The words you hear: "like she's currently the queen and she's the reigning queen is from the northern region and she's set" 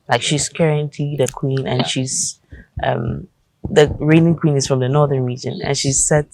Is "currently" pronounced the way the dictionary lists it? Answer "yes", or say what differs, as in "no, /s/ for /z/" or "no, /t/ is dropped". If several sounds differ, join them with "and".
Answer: no, /l/ is dropped